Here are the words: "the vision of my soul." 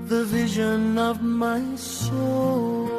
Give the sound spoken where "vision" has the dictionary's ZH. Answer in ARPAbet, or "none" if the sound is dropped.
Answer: ZH